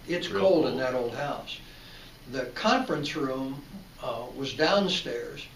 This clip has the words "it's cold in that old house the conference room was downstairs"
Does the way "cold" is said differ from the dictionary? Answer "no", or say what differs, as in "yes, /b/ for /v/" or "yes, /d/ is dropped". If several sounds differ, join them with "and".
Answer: no